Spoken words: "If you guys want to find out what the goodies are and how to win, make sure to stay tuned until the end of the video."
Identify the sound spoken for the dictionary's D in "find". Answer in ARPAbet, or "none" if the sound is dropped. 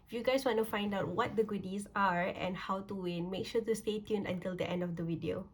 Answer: D